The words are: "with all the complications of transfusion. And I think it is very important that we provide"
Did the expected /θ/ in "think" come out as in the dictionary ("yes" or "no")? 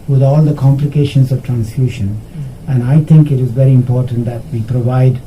no